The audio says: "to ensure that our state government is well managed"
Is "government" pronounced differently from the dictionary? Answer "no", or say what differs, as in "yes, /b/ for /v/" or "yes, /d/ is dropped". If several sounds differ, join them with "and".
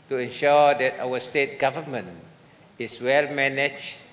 yes, /t/ is dropped